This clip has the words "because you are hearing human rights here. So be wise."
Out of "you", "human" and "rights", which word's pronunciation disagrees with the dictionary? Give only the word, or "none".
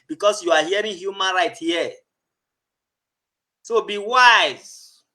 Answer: rights